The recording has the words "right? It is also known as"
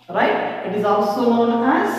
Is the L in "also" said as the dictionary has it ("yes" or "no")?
yes